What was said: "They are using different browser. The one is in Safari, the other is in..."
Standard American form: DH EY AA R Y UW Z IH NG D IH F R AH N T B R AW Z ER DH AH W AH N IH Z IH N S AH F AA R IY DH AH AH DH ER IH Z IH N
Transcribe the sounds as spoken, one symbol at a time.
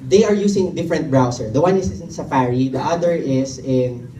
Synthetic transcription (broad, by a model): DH EY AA R Y UW S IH NG D IH F R AH N T B R AW S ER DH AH W AH N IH S IH N S AH F AA R IY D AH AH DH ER IH S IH N